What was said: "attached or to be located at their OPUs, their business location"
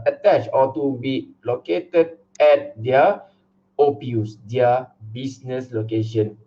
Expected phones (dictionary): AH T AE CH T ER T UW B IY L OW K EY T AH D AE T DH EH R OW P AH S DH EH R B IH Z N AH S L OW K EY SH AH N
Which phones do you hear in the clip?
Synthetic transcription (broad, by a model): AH T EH CH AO T UW B IY L OW K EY T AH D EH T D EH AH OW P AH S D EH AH B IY S N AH S L OW K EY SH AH N